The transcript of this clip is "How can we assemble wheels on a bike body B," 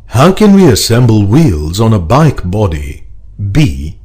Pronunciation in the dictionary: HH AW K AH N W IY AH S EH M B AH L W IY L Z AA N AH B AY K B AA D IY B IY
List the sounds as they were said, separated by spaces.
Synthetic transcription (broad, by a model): HH AW K AH N W IY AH S EH M B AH L W IY L Z N AH B AY K B AA D IY B IY